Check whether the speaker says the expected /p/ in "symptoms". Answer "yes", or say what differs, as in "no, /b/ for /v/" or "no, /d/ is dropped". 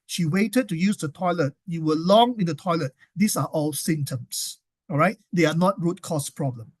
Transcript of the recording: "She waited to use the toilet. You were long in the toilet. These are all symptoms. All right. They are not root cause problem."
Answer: no, /p/ is dropped